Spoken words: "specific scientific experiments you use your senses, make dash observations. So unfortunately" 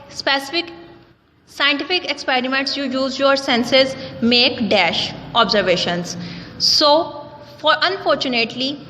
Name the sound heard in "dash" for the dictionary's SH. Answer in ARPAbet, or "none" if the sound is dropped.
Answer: SH